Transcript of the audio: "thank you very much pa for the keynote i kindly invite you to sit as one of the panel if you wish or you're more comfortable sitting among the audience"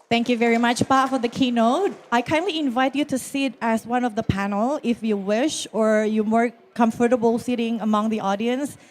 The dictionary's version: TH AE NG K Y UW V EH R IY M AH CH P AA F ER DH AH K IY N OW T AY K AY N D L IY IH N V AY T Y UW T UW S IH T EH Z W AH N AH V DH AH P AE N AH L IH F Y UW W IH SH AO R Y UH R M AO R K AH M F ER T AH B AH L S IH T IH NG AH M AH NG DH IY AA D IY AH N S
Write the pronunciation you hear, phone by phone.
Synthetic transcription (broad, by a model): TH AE NG K Y UW V EH R IY M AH CH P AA F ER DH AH K IY N OW T AY K AY N D L IY IH N V AY T Y UW T UW S IH T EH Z W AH N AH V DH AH P AE N AH L IH F Y UW W IH SH AO R Y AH M AO R K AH M F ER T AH B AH L S IH T IH NG AH M AH NG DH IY AA D IY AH N S